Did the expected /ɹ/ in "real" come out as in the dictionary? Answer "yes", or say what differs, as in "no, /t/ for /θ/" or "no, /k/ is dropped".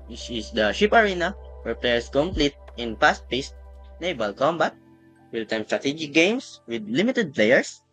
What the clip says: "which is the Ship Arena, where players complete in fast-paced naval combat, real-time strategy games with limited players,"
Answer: no, /w/ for /ɹ/